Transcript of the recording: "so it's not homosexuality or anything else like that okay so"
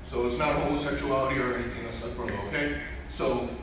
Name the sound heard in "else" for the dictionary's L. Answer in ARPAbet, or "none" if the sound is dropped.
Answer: none